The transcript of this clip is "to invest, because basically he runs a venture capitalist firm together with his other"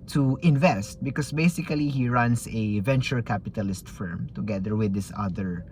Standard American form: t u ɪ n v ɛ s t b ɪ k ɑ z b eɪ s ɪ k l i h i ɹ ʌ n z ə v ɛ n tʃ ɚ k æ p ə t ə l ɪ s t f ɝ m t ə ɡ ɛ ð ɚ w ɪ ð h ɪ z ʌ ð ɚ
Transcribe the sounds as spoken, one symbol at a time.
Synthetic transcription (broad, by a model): t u ɪ n v ɛ s t b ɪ k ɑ s b eɪ s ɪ k l i h i ɹ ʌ n s ə v ɛ n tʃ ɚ k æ p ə t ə l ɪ s t f ɝ m t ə ɡ ɛ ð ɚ w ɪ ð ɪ s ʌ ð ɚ